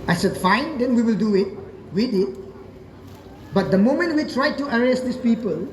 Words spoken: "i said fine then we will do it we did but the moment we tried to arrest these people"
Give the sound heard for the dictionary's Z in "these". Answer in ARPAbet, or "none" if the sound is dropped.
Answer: S